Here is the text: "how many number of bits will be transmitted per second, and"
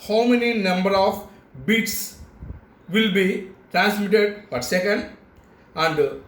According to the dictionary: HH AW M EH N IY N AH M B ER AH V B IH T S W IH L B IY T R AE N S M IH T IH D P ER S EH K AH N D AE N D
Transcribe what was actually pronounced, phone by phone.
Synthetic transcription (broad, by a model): HH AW M EH N IY N AH M B ER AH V B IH T S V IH L B IY T R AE N S M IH T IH D F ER S EH K AH N D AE N D